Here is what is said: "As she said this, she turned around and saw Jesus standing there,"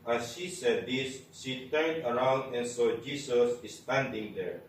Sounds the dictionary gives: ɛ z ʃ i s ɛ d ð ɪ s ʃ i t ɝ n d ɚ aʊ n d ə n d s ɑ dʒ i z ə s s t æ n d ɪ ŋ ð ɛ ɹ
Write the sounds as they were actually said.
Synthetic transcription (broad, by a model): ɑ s ʃ i s ɛ d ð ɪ s ʃ i t ɝ n d ɚ aʊ n d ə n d s ɑ dʒ i s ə s s t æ n d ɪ ŋ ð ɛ ɹ